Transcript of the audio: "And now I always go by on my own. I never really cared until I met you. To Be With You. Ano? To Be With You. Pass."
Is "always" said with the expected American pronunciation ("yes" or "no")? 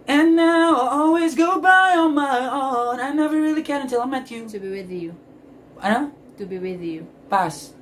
yes